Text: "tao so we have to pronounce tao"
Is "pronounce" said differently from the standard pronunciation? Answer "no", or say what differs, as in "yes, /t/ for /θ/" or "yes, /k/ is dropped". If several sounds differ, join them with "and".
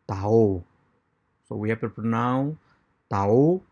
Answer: yes, /ɹ/ is dropped